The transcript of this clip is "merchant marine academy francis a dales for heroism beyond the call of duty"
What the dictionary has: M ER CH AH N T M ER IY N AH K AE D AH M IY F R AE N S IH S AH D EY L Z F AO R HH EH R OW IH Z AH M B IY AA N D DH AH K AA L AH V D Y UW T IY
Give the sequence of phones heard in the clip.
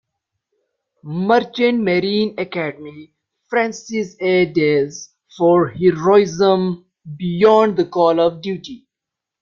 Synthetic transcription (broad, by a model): M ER CH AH N M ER IY N AH K AE D AH M IY F R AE N S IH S AH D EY Z F AO R HH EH R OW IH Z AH M B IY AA N D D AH K AA L AH V D Y UW T IY